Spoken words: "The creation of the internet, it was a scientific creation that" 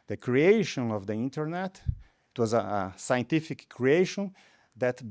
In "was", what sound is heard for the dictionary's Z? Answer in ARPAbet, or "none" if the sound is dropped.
Z